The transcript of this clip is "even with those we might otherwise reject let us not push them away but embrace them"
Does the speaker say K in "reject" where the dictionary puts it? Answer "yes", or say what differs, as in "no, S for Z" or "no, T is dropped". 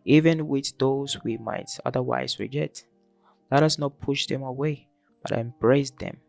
no, K is dropped